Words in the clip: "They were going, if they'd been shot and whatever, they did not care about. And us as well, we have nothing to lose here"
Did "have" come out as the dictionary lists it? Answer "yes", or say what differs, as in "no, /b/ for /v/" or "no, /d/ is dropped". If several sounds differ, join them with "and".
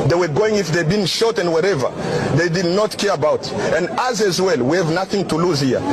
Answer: yes